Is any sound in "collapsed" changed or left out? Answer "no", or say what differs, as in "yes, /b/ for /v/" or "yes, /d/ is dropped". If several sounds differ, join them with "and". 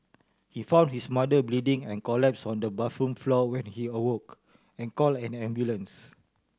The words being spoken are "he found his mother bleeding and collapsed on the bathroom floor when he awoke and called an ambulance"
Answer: yes, /t/ is dropped